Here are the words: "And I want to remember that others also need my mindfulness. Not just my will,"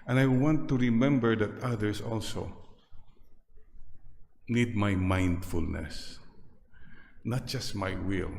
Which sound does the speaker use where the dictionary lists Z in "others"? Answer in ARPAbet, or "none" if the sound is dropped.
S